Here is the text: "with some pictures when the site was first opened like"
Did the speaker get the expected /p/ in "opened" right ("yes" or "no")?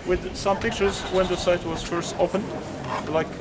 no